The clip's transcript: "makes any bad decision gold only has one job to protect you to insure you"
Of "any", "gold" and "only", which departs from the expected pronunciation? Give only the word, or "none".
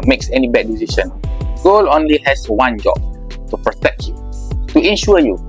gold